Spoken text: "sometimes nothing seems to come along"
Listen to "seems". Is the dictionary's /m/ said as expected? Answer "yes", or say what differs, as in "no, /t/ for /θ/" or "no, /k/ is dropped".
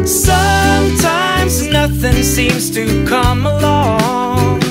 yes